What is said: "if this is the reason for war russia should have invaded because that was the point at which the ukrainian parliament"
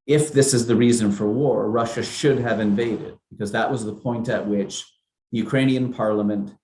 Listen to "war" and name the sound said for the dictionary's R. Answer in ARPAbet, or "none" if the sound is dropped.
R